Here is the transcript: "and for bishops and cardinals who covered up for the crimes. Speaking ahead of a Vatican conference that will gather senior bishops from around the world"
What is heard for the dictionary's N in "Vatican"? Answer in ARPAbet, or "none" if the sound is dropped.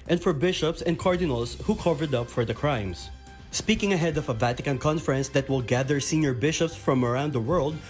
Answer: N